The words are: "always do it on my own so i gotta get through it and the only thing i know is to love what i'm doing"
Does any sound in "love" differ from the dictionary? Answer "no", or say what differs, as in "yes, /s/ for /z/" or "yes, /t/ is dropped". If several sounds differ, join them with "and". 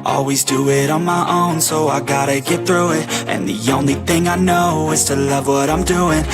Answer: no